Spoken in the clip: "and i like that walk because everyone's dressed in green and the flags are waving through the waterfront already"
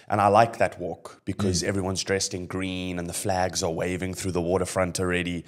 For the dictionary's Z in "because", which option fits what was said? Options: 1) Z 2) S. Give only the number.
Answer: 1